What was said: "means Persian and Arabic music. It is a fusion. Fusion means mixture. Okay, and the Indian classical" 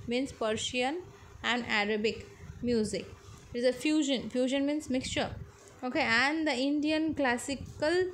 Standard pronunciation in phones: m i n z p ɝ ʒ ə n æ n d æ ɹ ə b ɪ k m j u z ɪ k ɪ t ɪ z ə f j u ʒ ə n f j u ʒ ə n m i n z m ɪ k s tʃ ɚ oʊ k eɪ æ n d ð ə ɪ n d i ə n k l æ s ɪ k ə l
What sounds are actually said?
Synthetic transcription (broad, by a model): m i n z p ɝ ʃ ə n æ n d æ ɹ ə b ɪ k m j u z ɪ k ɪ t ɪ z ə f j u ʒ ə n f j u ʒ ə n m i n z m ɪ k s tʃ ɚ oʊ k eɪ æ n d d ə ɪ n d i ə n k l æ s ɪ k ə l